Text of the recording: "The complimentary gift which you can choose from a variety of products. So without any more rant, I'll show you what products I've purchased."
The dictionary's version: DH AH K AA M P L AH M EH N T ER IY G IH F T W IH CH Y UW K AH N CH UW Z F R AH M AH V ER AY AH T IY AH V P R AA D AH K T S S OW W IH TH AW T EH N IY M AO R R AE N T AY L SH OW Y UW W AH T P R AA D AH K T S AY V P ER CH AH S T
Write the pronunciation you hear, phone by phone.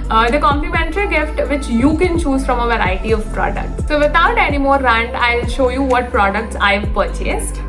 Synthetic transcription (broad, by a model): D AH K AA M P L AH M EH N T ER IY G IH F T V IH CH Y UW K AH N CH UW Z F R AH M AH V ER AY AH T IY AH V P R AA D AH K T S S OW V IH T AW T EH N IY M AO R R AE N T AY L SH OW Y UW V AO T P R AA D AH K T S AY V P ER CH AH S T